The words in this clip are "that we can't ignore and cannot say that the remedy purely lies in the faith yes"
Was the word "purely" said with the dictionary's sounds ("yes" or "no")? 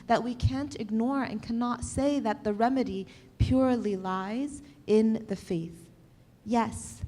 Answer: yes